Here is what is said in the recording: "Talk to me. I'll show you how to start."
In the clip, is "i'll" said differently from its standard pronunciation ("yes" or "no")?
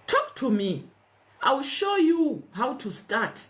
yes